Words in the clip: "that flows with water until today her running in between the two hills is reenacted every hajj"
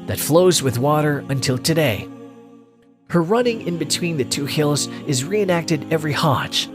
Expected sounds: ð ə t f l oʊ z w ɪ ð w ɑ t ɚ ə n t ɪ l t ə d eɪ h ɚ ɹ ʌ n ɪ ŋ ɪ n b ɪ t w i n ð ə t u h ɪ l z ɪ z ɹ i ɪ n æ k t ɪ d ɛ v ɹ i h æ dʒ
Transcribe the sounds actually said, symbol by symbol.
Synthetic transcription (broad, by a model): ð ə t f l oʊ z w ɪ ð w ɑ t ɚ ə n t ɪ l t ə d eɪ h ɚ ɹ ʌ n ɪ ŋ ɪ n b ɪ t w i n ð ə t u h ɪ l z ɪ z ɹ i ɪ n æ k t ɪ d ɛ v ɹ i h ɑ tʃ